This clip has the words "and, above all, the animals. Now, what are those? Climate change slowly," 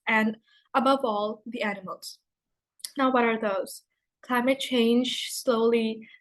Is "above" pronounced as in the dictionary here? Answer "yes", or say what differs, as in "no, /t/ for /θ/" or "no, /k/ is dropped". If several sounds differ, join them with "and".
yes